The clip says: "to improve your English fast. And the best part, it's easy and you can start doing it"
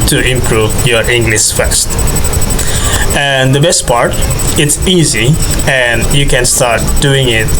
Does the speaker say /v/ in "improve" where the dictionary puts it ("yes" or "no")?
yes